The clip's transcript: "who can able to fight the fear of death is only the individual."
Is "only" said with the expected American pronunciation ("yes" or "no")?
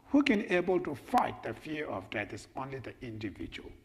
yes